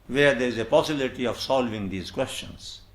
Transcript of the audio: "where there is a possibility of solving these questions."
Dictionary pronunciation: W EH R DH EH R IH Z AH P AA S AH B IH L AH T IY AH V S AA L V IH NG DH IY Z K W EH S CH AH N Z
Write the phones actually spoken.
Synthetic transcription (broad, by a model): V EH R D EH R IH Z AH P AA S AH B IH L AH T IY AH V S AA L V IH NG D IY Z K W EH S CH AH N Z